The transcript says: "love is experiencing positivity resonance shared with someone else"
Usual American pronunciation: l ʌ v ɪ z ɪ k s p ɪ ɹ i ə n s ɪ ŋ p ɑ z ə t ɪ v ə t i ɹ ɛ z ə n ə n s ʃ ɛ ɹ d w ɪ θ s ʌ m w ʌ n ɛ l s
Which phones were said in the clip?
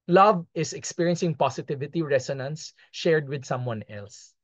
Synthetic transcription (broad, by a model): l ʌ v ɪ s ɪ k s p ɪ ɹ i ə n s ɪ ŋ p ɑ s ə t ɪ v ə t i ɹ ɛ s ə n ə n s ʃ ɛ ɹ d w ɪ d s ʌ m w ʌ n ɛ l s